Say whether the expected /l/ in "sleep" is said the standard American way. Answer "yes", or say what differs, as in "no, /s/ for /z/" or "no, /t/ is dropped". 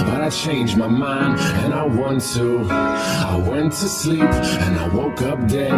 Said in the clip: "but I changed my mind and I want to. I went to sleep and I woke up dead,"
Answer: yes